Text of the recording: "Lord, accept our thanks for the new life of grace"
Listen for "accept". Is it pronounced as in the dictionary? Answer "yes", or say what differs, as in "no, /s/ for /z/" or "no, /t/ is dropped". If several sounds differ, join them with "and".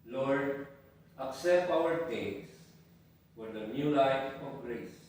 yes